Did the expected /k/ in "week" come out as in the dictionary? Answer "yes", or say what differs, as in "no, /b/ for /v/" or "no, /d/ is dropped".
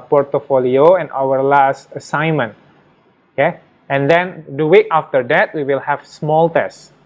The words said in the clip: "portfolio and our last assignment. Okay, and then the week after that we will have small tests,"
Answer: no, /k/ is dropped